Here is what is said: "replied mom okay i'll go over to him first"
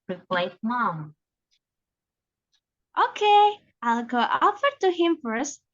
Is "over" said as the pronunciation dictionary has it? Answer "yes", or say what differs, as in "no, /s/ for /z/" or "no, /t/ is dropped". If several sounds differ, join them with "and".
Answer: no, /f/ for /v/